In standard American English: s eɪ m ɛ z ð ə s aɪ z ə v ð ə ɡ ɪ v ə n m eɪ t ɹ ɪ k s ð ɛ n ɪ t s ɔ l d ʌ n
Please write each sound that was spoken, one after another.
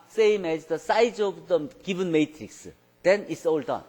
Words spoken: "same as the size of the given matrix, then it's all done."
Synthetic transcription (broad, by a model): s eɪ m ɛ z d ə s aɪ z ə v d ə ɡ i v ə n m eɪ t ɹ ɪ k s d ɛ n ɪ t s ɔ l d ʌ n